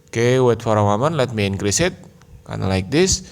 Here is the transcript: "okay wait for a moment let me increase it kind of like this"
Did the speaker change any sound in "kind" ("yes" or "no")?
yes